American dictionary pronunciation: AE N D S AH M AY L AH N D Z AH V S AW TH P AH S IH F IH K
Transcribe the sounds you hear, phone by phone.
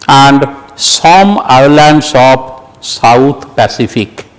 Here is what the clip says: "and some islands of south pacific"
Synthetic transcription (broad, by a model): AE N D S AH M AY L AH N D S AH B S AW T P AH S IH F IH K